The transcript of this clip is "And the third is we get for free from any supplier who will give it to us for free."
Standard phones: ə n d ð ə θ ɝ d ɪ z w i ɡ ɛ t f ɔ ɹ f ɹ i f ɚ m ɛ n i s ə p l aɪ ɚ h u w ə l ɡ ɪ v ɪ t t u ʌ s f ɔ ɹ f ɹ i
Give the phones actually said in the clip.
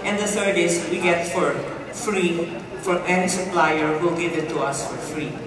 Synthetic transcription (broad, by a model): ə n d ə t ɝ d ɪ z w i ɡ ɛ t f ɔ ɹ f ɹ i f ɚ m ɛ n i s ə p l aɪ ɚ h u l ɡ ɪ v ɪ t t u ʌ s f ɔ ɹ f ɹ i